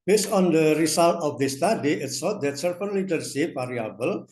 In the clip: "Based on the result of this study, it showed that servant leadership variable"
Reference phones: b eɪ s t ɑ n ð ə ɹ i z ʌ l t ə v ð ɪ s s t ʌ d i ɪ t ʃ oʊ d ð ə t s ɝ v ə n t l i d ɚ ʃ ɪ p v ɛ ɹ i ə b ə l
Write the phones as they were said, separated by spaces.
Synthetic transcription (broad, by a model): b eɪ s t ɑ n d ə ɹ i s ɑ l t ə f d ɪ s s t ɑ d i ɪ t s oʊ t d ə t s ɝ f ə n l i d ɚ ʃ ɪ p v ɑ ɹ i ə b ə l